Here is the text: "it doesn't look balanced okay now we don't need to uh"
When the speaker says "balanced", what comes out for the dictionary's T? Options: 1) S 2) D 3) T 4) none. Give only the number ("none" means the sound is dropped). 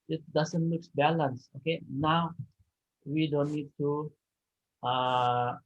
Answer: 4